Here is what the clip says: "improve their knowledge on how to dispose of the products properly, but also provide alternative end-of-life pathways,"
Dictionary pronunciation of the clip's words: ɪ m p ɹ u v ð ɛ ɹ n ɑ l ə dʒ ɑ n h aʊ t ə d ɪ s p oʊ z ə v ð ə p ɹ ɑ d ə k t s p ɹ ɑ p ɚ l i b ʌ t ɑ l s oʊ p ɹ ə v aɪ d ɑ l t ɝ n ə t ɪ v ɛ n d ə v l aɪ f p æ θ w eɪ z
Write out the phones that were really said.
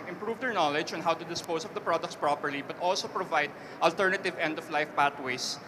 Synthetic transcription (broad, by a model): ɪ m p ɹ u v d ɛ ɹ n ɑ l ə dʒ ɑ n h aʊ t ə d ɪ s p oʊ s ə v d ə p ɹ ɑ d ə k t s p ɹ ɑ p ɚ l i b ʌ t ɑ l s oʊ p ɹ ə v aɪ d ɑ l t ɝ n ə t ɪ v ɛ n d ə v l aɪ f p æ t w eɪ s